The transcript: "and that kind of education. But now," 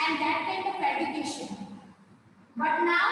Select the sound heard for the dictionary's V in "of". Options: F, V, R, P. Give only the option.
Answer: P